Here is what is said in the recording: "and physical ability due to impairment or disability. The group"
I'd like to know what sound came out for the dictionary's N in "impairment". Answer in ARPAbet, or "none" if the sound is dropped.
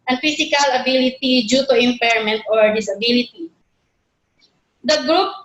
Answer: N